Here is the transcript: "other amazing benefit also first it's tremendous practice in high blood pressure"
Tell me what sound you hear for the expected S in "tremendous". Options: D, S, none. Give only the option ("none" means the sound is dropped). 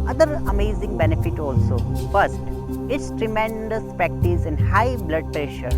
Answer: S